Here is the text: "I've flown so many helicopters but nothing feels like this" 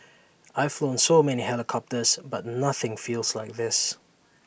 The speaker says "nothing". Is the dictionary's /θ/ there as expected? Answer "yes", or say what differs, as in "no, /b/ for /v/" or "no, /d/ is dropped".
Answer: yes